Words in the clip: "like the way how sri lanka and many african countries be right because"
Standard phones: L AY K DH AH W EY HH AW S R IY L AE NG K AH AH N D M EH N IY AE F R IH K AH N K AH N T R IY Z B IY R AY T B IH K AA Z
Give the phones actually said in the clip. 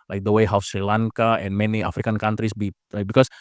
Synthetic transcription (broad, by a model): L AY K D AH W EY HH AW S R IY L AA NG K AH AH N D M EH N IY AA F R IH K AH N K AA N T R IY S B IY L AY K B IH K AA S